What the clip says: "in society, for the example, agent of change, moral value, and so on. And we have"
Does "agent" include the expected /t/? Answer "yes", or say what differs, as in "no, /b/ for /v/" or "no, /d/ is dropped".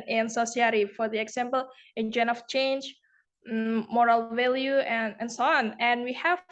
no, /t/ is dropped